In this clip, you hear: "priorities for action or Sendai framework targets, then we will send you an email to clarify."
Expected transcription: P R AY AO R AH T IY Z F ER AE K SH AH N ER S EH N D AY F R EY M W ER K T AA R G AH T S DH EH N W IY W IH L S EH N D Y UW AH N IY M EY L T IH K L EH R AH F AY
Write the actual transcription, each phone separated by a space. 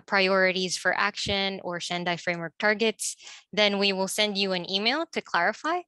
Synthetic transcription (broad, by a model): P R AY AO R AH T IY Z F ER AE K SH AH N ER SH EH N D AY F R EY M W ER K T AA R G AH T S DH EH N W IY W IH L S EH N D Y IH AH N IY M EY L T IH K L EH R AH F AY